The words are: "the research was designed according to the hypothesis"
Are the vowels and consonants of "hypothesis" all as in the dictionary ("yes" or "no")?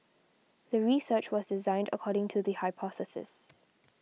yes